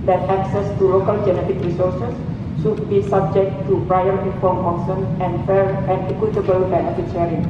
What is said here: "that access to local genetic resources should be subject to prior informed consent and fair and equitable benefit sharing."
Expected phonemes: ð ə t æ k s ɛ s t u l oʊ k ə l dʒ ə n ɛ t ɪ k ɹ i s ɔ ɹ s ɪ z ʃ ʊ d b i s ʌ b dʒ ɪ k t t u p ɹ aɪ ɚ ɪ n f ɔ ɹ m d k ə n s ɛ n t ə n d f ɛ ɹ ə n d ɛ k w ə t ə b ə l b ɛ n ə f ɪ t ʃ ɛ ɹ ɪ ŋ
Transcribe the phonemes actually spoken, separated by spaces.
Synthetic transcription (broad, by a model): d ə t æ k s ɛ s t u l oʊ k ə l dʒ ə n ɛ t ɪ k ɹ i s ɔ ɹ s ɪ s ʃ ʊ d b i s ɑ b dʒ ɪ k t t u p ɹ aɪ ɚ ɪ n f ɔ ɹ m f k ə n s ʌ n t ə n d f ɛ ɹ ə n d ɛ k w ə t ə b ə l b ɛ ə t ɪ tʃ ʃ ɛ ɹ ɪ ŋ